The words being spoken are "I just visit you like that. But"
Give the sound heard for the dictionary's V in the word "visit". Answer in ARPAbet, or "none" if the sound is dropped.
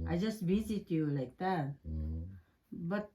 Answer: B